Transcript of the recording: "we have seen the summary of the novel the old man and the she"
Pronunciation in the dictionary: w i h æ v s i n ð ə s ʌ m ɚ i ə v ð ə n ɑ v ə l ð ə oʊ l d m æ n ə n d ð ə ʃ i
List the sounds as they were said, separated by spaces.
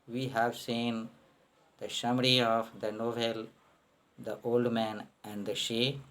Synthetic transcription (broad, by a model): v i h æ v s i n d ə ʃ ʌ m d i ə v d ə n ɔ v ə l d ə oʊ l d m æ n ə n d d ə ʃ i